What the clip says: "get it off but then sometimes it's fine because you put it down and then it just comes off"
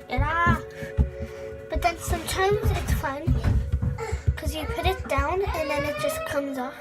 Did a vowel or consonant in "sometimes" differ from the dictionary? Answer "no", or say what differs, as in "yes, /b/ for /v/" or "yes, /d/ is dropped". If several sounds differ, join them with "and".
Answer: no